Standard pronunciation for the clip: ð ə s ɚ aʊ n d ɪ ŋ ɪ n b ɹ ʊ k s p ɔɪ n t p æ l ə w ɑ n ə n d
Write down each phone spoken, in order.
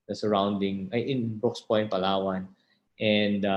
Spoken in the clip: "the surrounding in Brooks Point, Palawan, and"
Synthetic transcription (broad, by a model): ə s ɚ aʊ n d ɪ ŋ ɪ n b ʊ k s p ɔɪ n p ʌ l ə w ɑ n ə n d